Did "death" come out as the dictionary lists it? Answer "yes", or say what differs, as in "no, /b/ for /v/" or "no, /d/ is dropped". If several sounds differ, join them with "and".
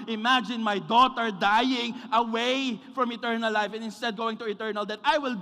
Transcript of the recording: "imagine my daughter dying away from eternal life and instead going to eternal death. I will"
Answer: no, /t/ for /θ/